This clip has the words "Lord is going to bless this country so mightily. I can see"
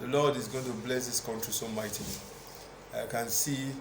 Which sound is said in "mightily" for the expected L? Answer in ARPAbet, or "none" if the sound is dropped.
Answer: N